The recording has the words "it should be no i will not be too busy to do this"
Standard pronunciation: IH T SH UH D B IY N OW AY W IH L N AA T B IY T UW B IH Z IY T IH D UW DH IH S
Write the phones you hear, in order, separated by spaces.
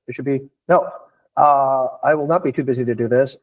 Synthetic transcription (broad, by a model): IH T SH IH D B IY N OW AY W IH L N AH T B IY T UW B IH Z IY T IH D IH DH IH S